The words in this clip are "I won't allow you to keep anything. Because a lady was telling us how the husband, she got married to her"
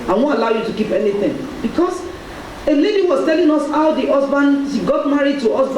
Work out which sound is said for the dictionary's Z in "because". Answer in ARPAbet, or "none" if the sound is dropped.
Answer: S